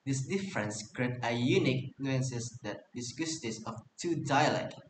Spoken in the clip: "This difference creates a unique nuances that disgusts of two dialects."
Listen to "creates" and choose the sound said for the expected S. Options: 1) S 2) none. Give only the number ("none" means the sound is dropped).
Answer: 2